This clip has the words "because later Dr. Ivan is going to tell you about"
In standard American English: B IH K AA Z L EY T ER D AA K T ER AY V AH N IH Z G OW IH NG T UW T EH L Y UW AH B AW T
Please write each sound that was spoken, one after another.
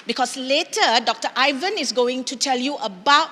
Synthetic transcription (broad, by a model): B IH K AA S L EY T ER D AA K T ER AY V AH N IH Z G OW IH NG T UW T EH L Y UW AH B AW T